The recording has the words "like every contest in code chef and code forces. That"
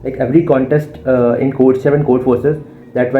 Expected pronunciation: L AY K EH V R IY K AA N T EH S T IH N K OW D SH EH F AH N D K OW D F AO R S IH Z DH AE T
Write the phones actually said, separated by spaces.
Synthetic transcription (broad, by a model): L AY K EH V R IY K AA N T EH S T IH N K OW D S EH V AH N K OW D F AO R S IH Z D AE T